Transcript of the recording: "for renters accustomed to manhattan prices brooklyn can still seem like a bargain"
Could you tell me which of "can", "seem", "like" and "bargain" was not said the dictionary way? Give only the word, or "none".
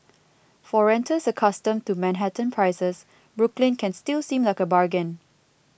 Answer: none